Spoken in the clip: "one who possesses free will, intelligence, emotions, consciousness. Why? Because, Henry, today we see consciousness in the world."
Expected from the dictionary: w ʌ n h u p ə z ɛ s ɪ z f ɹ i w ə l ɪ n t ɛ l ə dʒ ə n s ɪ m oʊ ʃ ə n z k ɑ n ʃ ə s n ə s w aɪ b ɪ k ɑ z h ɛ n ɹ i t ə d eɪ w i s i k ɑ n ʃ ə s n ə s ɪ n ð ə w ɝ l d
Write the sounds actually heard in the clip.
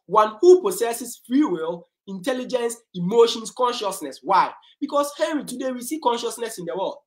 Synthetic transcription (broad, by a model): w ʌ n h u p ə s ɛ s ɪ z f ɹ i w ə l ɪ n t ɛ l ə dʒ ə n s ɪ m oʊ ʃ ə n s k ɑ n ʃ ə s n ə s w aɪ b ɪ k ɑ s h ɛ ɹ i t ə d eɪ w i s i k ɑ n ʃ ə s n ə s ɪ n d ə w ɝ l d